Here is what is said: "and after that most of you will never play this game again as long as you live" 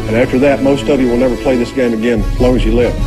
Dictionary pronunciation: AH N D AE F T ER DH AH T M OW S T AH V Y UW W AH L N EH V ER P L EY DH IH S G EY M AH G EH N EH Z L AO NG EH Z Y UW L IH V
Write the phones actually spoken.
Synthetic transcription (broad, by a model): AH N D AE F T ER DH AH T M OW S T AH V Y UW W AH L N EH V ER P L EY DH IH S G EY M AH G EH N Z L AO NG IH Z Y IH L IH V